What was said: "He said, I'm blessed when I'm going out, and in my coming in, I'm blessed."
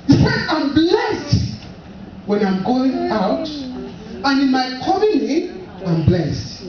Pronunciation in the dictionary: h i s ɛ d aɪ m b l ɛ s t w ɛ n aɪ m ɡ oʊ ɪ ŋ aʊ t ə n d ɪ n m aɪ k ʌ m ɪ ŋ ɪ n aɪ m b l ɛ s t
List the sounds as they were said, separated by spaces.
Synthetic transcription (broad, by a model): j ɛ aɪ m b l ɛ s t w ɛ n aɪ m ɡ oʊ ɪ ŋ aʊ t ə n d ɪ n m aɪ k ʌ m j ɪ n aɪ m b l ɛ s t